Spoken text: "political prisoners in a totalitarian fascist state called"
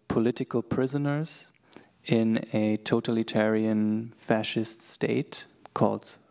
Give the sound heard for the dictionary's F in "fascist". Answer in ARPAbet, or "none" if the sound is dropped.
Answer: F